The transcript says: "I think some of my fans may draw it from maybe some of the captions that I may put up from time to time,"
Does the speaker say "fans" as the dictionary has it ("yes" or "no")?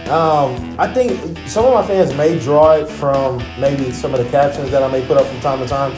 yes